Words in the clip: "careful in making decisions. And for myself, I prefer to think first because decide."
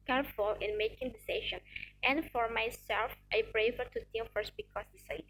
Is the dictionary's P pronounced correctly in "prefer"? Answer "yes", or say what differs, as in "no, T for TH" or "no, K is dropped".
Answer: no, B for P